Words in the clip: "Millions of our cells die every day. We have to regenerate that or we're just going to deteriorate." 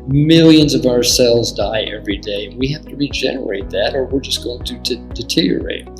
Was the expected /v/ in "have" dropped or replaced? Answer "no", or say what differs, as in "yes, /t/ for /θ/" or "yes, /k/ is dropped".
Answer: yes, /f/ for /v/